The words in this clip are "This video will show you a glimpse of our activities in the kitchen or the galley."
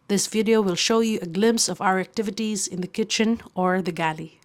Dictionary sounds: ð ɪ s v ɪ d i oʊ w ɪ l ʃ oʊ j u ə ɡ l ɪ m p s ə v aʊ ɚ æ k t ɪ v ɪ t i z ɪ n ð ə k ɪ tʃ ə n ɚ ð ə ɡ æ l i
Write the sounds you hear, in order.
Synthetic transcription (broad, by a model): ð ɪ s v ɪ d i oʊ w ɪ l ʃ oʊ j u ə ɡ l ɪ m p s ə v aʊ ɚ æ k t ɪ v ɪ t i z ɪ n ð ə k ɪ tʃ ə n ɚ ð ə ɡ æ l i